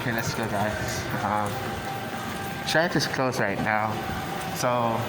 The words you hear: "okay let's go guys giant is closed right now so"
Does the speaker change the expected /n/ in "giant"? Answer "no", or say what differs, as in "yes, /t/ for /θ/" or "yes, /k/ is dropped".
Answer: yes, /n/ is dropped